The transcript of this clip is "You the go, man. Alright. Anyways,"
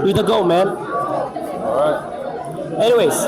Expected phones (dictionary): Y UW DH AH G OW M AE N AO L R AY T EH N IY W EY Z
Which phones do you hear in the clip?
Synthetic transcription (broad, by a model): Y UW DH AH G OW M AE N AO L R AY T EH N IY W EY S